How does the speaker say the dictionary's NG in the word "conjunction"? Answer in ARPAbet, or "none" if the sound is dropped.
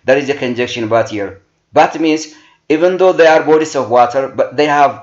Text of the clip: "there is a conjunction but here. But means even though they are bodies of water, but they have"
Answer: none